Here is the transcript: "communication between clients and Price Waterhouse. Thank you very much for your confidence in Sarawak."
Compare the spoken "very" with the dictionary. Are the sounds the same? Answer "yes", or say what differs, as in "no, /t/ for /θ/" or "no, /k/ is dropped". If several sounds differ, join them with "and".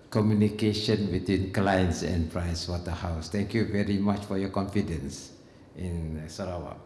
yes